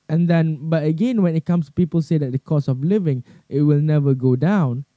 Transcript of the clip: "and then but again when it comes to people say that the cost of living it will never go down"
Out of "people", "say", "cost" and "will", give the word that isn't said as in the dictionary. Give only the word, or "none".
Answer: cost